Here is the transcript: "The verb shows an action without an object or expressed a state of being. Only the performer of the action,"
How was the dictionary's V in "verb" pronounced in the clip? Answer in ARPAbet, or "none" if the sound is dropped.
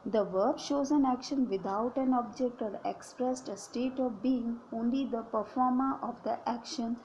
V